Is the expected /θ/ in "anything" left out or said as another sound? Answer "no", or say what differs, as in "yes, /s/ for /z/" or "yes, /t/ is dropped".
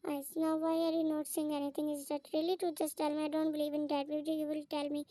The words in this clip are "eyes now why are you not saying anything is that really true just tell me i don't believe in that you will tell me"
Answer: yes, /t/ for /θ/